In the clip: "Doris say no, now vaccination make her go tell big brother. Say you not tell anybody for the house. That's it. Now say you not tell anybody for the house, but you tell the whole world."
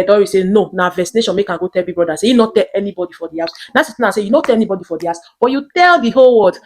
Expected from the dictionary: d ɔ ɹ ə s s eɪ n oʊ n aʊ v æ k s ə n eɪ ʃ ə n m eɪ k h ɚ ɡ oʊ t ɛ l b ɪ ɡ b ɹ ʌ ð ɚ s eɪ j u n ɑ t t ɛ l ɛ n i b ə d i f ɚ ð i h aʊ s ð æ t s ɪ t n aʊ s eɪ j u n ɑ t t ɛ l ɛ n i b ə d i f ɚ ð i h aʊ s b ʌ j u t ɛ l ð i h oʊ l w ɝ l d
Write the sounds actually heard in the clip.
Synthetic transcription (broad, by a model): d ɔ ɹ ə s s eɪ n oʊ n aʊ v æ s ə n eɪ ʃ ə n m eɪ k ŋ ɡ oʊ t ɛ l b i b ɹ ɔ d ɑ s eɪ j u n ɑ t t ɛ l ɛ n i b ə d i f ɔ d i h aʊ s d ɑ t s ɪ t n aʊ s eɪ j u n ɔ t t ɛ l ɛ n i b ə d i f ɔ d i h aʊ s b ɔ j u t ɛ l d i h oʊ l w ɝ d